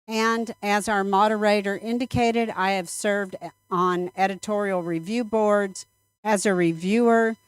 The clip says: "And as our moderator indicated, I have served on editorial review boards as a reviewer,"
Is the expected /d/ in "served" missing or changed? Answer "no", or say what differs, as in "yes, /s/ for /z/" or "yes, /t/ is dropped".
no